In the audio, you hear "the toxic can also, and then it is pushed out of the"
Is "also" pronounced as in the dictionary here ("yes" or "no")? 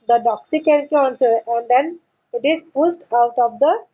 no